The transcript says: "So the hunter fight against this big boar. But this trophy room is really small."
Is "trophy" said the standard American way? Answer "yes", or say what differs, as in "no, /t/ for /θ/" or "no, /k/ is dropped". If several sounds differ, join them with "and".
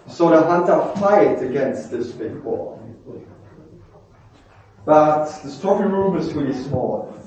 no, /ɹ/ is dropped